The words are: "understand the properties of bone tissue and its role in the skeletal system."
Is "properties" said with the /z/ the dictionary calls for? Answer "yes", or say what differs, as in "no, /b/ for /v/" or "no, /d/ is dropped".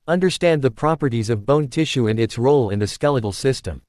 yes